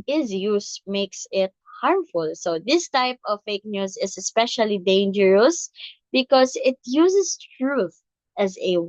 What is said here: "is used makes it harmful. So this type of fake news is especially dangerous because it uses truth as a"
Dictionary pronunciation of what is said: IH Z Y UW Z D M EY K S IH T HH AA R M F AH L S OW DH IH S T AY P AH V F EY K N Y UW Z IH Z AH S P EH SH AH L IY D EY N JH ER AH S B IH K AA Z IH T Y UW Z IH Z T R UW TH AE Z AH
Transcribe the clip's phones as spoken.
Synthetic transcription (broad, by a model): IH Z Y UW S M EY K S IH T HH AA R M F AH L S OW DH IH S T AY P AH V F EY K N Y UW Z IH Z AH S P EH SH AH L IY D EY N JH ER AH S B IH K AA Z IH T Y UW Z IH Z T R UW TH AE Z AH